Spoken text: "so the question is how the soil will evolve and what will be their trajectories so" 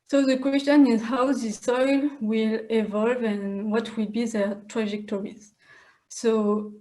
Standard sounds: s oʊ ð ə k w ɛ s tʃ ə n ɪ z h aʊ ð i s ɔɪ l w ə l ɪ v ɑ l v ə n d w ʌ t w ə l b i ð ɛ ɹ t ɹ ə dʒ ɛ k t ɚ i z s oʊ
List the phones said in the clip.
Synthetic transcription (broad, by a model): s oʊ ð ə k w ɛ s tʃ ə n ɪ z h aʊ ð i s ɔɪ l w ə l ɪ v ɑ l v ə n w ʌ t w ə l b i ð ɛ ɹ t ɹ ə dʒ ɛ k t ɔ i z s oʊ